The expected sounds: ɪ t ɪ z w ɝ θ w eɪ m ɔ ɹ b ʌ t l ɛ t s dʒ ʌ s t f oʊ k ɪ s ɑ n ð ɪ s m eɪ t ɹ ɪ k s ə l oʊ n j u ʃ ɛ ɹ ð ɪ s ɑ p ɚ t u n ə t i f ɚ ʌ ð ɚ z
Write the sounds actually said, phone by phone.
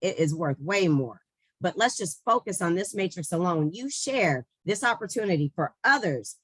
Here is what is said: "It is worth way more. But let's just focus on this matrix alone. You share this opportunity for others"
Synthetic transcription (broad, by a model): ɪ t ɪ z w ɝ θ w eɪ m ɔ ɹ b ʌ t l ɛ t s dʒ ʌ s t f oʊ k ɪ s n ð ɪ s m eɪ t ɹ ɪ k s ə l oʊ n j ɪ ʃ ɛ ɹ ð ɪ s ɑ p ɚ t u n ə t i f ɚ ʌ ð ɚ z